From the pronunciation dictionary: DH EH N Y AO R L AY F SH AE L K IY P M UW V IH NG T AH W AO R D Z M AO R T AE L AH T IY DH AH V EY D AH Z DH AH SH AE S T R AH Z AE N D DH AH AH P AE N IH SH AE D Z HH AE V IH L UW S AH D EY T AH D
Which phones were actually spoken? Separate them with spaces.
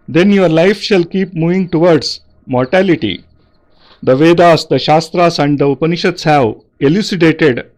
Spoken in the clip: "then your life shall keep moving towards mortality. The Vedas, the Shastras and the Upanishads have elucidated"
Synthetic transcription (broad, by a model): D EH N Y AO R L AY F SH AE L K IY P M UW V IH NG T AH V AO R D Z M AO R T AE L AH T IY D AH V EY D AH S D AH SH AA S T R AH S AE N D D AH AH P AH N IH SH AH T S HH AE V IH L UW S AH D EY T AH D